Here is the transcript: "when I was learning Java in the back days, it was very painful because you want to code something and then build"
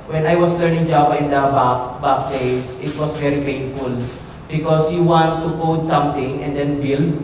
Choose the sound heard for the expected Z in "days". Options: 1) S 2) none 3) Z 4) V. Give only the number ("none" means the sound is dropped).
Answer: 1